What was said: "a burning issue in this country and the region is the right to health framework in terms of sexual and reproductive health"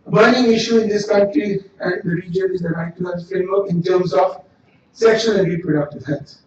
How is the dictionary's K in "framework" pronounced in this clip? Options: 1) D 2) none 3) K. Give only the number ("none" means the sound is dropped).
2